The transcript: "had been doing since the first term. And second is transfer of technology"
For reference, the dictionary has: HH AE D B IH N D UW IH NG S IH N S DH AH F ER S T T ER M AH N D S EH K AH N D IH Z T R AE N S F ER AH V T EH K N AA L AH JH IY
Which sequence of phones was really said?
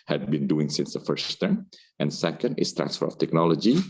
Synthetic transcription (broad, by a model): HH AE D B IH N D UW IH NG S IH N S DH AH F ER S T T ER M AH N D S EH K AH N D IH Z T R AE N S F ER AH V T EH K N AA L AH JH IY